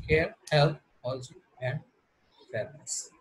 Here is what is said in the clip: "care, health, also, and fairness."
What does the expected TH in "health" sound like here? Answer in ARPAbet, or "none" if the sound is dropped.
T